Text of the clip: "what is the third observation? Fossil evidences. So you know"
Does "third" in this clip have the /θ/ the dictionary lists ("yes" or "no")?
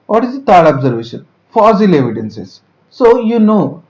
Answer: no